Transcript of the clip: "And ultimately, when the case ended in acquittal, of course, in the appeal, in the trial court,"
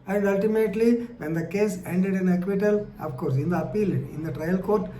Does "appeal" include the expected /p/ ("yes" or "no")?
yes